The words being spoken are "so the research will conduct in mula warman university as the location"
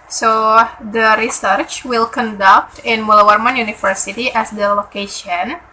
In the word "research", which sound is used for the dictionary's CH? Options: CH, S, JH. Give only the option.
CH